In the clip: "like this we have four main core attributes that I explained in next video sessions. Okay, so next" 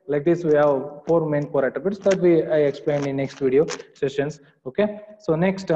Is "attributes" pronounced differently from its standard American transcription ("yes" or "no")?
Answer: yes